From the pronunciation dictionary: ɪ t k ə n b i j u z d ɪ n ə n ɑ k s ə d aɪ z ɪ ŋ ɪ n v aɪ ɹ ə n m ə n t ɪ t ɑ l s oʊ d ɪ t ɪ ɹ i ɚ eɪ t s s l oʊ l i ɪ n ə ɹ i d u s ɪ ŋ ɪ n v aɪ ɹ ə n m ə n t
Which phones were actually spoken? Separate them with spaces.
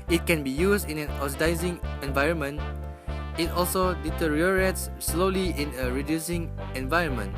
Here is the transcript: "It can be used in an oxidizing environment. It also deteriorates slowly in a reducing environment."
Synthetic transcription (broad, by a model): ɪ t k ə n b i j u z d ɪ n ə n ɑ s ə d aɪ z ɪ ŋ ɪ n v aɪ ɹ ə n m ə n t ɪ t ɑ l s oʊ d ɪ t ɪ ɹ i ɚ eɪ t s s l oʊ l i ɪ n ə ɹ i d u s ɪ ŋ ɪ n v aɪ ɹ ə n m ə n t